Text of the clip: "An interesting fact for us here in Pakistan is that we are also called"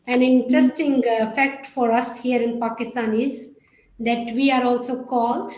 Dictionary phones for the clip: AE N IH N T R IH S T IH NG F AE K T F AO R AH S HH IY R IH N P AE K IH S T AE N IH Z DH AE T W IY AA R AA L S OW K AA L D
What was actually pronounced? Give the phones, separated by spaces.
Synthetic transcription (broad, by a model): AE N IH N T R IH S T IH NG F AE K T F AO R AH S HH IY R IH N P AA K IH S T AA N IH Z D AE T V IY AA R AA L S OW K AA L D